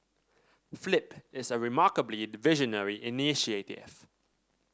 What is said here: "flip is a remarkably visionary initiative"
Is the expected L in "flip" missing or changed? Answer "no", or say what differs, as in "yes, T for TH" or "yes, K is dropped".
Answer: no